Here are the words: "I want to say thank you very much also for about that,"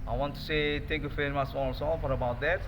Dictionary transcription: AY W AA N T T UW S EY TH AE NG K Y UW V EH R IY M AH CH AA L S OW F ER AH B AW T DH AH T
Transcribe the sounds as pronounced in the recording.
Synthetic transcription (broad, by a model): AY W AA N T T UW S EY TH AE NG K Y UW F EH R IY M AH S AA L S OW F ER AH B AW T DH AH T